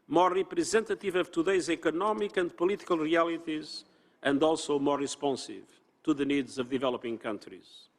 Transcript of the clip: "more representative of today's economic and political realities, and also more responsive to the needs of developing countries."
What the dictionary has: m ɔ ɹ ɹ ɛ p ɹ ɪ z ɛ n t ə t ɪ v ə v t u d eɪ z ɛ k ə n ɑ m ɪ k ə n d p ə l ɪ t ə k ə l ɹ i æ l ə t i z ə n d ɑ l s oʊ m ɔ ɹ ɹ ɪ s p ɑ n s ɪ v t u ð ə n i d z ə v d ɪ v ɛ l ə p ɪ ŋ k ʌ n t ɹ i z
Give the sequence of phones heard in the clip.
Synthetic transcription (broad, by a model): m ɔ ɹ ɹ ɛ p ɹ ɪ z ɛ n t ə t ɪ v ə v t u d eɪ z ɛ k ə n ɑ m ɪ k ə n d p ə l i t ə k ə l ɹ i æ l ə t i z ə n d ɑ l s oʊ m ɔ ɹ ɹ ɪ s p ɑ n s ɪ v t u ð ə n i d z ə v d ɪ v ɛ l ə p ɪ ŋ k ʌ n t ɹ i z